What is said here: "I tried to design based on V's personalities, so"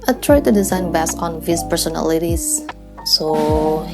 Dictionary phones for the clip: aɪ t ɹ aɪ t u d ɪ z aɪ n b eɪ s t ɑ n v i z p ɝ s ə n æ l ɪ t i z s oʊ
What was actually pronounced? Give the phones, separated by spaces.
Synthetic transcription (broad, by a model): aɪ t ɹ aɪ t u d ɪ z aɪ n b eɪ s ɑ n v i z p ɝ s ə n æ l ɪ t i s s oʊ